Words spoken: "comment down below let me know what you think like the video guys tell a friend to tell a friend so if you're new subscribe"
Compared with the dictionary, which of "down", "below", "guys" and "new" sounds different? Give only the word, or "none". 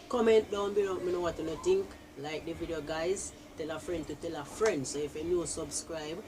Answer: below